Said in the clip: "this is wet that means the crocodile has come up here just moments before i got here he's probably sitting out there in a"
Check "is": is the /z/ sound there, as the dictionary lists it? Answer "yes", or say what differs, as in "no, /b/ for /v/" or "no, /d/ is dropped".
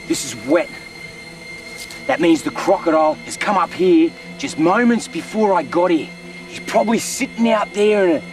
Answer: yes